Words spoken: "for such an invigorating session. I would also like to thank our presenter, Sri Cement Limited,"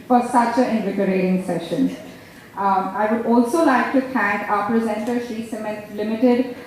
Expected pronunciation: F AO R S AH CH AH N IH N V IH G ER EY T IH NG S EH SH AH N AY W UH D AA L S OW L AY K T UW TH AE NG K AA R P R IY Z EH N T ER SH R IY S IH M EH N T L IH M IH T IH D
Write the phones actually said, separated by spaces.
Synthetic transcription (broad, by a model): F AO R S AH CH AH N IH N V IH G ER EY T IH NG S EH SH AH N AY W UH D AA L S OW L AY K T UW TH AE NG K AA P R IY Z EH N T ER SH IY S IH M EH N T L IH M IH T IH D